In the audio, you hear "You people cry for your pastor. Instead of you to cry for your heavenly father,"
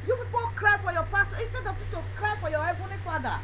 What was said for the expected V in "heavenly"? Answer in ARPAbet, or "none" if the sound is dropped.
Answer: B